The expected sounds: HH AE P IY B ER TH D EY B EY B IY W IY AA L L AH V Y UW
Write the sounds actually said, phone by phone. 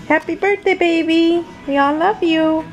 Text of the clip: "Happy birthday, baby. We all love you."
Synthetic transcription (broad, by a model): HH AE P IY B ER T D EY B EY B IY W IY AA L L AH V Y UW